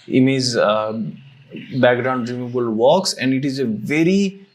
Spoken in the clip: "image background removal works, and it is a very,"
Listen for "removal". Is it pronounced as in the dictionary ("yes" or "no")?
no